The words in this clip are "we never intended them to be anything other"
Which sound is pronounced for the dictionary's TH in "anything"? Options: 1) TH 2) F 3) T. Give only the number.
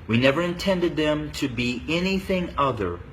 1